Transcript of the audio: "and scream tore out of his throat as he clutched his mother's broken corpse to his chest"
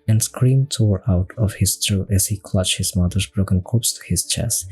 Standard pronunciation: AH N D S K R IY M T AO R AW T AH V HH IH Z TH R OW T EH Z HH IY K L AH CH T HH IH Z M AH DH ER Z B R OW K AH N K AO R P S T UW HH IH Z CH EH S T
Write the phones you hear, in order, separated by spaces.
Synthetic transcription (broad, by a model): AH N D S K R IY M T AO R AW T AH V HH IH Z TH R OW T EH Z HH IY K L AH CH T HH IH Z M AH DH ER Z B R OW K AH N K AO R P S T UW HH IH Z CH EH S T